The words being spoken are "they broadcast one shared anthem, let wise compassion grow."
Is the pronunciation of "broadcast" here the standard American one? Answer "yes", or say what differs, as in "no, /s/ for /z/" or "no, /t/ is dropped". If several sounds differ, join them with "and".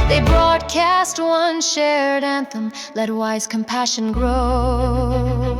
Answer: yes